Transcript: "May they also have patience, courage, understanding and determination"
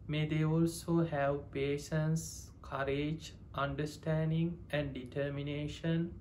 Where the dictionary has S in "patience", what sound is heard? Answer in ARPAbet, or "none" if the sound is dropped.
S